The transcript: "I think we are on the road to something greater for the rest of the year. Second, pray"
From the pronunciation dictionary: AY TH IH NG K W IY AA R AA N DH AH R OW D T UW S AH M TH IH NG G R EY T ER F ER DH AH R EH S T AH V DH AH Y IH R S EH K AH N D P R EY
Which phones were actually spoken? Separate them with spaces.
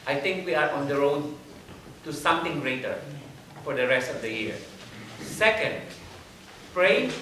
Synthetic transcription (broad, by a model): AY T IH NG K W IY AA R AA N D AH R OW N T UW S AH M T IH NG G R EY T ER F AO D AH R EH S T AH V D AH Y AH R S EH K AH N D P R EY